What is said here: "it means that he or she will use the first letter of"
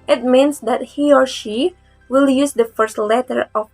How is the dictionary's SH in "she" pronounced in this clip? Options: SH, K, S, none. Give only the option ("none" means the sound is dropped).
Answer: SH